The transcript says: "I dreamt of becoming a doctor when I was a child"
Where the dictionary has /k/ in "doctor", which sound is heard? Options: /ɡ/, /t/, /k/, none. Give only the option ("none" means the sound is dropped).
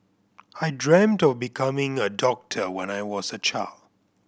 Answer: /k/